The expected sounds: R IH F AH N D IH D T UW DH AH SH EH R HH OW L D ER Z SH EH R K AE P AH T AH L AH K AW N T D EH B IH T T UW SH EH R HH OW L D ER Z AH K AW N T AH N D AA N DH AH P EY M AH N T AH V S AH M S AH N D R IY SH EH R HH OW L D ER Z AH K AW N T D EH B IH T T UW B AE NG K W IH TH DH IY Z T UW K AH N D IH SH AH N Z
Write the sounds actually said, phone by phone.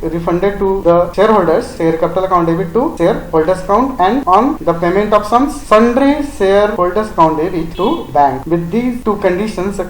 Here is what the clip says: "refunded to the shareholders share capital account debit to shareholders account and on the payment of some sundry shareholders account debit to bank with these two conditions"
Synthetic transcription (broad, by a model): R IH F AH N D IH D T UW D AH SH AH R HH OW L D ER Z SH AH R K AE P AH T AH L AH K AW N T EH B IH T T UW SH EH R HH OW L D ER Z AH K AW N T AH N D AA N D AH P EY M AH N T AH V S AH M S AH N D R IY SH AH R HH OW L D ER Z AH K AW N T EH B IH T T UW B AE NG K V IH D IY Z T UW K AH N D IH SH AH N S